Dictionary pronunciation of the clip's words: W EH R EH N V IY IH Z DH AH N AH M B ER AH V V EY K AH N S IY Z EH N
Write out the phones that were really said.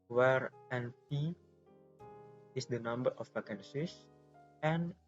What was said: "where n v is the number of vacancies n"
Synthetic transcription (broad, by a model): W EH R EH N P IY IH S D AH N AH M B ER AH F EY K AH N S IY S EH N